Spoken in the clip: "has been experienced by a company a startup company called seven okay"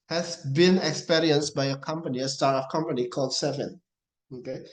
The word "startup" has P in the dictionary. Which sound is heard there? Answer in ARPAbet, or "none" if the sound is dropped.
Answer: F